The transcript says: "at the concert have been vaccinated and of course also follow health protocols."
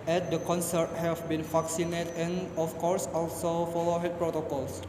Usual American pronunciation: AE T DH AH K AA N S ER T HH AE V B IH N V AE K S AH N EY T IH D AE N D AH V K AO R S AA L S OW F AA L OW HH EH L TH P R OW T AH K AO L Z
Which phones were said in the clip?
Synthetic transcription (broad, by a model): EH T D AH K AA N S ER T HH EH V B IH N F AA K S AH N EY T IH N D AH F K AO R S AA L S OW F AA L OW HH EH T P R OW T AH K AO L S